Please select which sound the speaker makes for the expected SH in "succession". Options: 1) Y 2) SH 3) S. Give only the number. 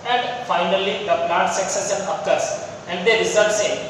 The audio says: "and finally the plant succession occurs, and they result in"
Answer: 3